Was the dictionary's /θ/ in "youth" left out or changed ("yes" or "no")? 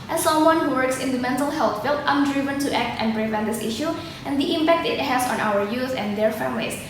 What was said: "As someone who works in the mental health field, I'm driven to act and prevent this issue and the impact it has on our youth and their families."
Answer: yes